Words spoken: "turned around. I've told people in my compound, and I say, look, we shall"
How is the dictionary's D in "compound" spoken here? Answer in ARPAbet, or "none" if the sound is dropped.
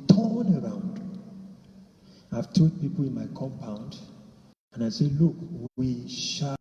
D